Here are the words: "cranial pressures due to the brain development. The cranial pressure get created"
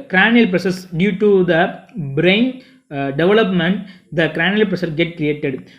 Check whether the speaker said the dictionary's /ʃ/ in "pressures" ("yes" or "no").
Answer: no